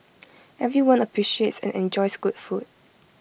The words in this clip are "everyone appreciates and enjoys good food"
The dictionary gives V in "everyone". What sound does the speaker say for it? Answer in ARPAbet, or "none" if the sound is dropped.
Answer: V